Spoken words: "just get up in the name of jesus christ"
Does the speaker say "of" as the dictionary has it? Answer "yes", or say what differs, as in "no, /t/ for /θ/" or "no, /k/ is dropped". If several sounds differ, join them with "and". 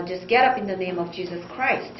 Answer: yes